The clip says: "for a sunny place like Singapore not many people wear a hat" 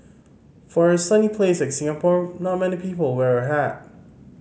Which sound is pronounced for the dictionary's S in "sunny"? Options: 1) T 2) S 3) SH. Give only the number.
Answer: 2